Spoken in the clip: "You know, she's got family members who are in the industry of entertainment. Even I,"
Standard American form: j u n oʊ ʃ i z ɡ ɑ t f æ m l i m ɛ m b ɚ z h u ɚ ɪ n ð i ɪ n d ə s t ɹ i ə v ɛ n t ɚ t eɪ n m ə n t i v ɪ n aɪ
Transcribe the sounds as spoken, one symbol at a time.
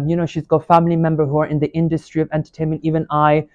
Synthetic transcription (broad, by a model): j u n oʊ ʃ i z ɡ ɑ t f æ m l i m ɛ m b ɚ h u ɚ ɪ n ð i ɪ n d ə s t ɹ i ə v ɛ n t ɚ t eɪ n m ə n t i v ɪ n aɪ